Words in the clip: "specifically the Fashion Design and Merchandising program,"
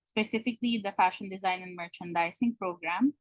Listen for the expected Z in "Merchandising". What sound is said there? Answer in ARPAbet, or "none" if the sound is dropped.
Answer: S